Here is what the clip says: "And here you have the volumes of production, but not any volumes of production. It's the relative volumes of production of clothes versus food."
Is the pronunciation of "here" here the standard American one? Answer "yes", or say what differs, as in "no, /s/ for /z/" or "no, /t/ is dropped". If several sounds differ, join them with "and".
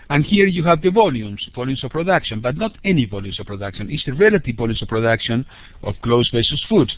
yes